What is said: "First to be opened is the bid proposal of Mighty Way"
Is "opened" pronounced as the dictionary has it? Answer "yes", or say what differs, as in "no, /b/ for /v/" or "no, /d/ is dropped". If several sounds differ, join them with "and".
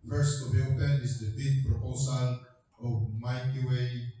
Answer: no, /d/ is dropped